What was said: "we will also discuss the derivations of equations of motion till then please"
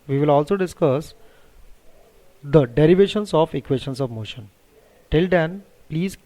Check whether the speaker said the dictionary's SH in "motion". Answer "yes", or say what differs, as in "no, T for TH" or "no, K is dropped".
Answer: yes